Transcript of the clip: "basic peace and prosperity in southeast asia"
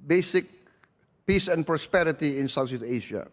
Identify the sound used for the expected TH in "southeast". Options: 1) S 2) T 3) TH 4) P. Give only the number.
1